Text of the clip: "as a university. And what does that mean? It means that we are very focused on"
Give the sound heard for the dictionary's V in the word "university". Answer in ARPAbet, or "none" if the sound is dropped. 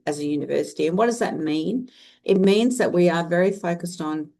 V